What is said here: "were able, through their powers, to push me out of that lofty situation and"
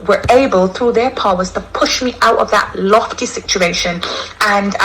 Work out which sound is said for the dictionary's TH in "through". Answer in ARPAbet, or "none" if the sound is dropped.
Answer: TH